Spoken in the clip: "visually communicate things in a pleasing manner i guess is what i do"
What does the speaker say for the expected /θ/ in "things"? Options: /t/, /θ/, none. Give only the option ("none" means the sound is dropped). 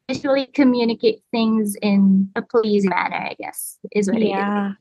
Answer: /θ/